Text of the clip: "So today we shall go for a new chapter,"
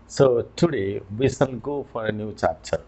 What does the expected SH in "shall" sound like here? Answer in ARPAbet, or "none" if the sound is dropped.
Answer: S